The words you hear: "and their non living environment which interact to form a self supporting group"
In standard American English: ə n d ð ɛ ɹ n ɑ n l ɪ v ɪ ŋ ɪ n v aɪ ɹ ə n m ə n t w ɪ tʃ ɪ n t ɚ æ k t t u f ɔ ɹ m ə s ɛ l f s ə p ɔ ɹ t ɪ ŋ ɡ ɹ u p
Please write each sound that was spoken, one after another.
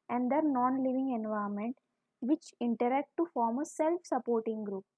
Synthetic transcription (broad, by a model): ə n d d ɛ ɹ n ɑ n l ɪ v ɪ ŋ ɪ n v aɪ ə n m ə n t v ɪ tʃ ɪ n t ɚ æ k t t u f ɔ ɹ m ə s ɛ l f s ə p ɔ ɹ t ɪ ŋ ɡ ɹ u p